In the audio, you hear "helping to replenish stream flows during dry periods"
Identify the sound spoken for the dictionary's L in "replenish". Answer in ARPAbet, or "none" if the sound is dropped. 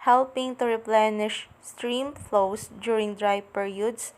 L